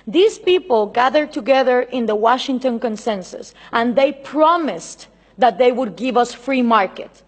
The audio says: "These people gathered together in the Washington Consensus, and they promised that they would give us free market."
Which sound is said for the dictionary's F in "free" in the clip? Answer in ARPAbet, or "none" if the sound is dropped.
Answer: F